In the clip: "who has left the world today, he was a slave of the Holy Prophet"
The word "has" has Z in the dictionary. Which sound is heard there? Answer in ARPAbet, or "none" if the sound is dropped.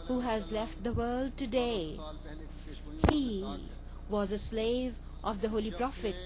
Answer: Z